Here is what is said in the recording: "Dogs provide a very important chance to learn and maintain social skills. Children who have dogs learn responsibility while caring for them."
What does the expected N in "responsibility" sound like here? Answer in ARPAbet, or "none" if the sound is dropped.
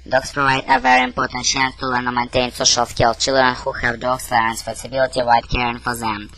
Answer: none